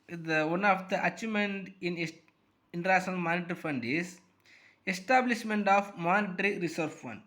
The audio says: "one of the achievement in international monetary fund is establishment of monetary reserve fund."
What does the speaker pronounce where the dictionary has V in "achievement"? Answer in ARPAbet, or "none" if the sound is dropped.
none